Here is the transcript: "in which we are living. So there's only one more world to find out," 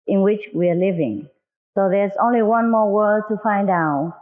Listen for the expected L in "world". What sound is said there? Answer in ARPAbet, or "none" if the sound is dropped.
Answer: none